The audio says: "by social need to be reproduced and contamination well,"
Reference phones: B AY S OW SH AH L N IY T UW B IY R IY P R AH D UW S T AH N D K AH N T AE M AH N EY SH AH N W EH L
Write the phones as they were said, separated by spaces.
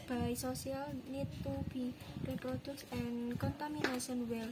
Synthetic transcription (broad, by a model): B AY S OW S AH L N IY T UW B IY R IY P R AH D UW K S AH N K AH N T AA M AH N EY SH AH N W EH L